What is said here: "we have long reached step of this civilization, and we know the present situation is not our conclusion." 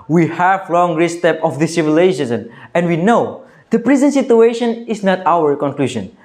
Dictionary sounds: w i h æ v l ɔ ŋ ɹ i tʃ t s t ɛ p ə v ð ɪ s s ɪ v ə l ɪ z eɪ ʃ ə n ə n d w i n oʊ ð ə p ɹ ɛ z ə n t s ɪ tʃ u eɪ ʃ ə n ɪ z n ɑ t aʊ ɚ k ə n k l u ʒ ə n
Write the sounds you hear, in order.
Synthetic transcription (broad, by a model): w i h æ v l ɔ ŋ ɹ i s t ɛ p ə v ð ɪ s s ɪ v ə l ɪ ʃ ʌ s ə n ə n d w i n oʊ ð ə p ɹ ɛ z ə n s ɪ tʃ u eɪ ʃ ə n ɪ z n ɑ t aʊ ɚ k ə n k l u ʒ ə n